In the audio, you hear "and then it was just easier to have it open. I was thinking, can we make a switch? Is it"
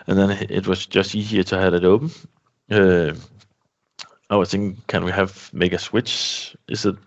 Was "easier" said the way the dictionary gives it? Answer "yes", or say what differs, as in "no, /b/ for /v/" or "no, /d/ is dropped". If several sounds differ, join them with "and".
yes